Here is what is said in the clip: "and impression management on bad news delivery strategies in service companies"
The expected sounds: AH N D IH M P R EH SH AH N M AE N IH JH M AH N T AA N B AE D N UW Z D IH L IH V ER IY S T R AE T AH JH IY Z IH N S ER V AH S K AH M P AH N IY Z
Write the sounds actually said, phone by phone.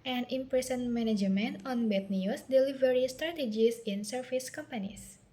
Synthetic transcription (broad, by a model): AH N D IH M P R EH S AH N M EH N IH JH M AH N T AA N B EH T N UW S D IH L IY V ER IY S T R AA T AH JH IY S IH N S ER F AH S K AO M P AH N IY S